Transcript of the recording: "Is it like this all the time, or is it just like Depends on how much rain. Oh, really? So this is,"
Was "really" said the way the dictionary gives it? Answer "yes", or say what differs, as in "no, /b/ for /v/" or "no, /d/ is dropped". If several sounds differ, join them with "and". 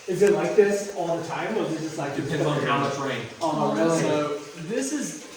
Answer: no, /l/ is dropped